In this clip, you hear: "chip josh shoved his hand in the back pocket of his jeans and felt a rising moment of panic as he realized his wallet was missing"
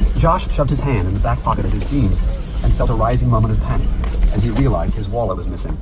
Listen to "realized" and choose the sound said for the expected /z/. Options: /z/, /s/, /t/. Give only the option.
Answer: /z/